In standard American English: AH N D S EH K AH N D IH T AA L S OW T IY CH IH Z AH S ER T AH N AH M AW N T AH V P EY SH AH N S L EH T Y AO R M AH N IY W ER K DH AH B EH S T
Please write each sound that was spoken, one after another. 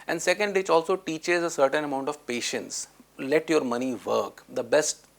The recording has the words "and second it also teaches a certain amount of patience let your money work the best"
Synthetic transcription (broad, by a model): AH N D S EH K AH N D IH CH AA L S OW T IY CH IH Z AH S ER T AH N AH M AW N T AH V P EY SH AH N S L EH T Y AO R M AH N IY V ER K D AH B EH S T